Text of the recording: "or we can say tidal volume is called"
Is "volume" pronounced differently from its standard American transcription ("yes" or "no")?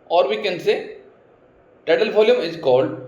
yes